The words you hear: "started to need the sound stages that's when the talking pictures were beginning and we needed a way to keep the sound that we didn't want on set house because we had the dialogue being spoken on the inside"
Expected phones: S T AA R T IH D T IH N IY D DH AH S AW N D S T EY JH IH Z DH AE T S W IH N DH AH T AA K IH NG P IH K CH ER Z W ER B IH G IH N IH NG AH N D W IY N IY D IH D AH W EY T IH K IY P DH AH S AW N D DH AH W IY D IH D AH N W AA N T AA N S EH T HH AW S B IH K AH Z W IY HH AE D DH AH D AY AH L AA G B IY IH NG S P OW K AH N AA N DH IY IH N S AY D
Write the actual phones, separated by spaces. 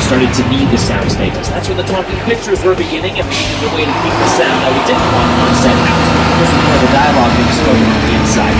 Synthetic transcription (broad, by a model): S T AA R T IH D T IH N IY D DH AH S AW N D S T EY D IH S DH AE T S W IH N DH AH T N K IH P IH K CH ER Z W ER B IH G IH N IH NG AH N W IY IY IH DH AH W EY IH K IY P DH AH S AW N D DH AH W IY D IH D N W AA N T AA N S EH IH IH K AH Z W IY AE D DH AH D AY AH L AA G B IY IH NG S OW AH IH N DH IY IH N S AY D